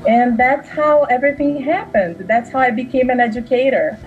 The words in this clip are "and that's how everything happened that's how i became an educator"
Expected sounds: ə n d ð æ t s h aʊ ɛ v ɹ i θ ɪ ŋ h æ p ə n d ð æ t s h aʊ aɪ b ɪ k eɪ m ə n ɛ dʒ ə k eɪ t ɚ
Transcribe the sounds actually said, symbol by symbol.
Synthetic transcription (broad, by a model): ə n ð æ t s h aʊ ɛ v ɹ i θ ɪ ŋ h æ p ə n d ð æ t s h aʊ aɪ b ɪ k eɪ m ə n ɛ dʒ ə k eɪ t ɚ